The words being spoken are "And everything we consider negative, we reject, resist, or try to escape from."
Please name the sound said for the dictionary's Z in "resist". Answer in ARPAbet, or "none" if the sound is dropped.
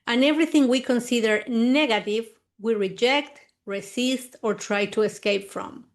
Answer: S